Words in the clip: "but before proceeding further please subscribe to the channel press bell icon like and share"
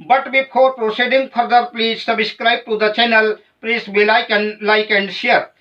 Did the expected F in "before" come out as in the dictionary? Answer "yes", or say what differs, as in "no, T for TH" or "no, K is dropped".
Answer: no, P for F